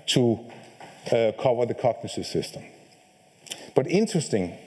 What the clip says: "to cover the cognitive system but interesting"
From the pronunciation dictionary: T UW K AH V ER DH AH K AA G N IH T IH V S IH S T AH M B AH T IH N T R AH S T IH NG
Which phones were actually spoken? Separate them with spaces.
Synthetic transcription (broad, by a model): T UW K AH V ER DH AH K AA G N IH S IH S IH S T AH M B AH T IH N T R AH S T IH NG